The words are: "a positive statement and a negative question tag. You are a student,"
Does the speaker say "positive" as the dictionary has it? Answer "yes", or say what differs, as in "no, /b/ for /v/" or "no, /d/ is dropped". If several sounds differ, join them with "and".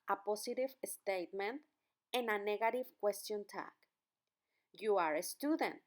no, /s/ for /z/